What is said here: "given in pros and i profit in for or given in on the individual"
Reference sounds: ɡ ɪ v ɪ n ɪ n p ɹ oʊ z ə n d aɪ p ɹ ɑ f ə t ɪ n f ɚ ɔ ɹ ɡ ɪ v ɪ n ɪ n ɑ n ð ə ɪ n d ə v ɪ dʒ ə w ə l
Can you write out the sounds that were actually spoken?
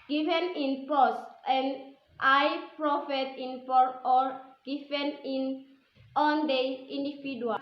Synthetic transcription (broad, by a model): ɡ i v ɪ n ɪ n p oʊ s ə n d aɪ p ɹ ɑ f ə t ɪ n p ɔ ɔ ɹ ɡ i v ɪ n ɪ n ɑ n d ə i n d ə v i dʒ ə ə